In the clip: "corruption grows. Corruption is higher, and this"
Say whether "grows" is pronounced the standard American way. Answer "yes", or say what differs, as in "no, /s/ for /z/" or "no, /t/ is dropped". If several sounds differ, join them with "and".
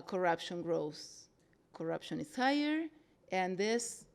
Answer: no, /s/ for /z/